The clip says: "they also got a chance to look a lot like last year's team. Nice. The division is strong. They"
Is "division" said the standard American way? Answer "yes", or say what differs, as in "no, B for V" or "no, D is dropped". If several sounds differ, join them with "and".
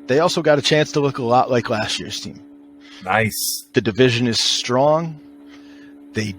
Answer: yes